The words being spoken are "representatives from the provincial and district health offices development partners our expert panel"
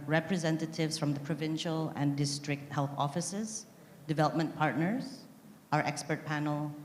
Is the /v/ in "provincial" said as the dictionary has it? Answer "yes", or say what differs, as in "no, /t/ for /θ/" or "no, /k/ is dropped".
yes